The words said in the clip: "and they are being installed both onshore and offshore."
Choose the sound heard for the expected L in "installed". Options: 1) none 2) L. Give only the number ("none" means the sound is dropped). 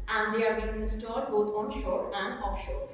1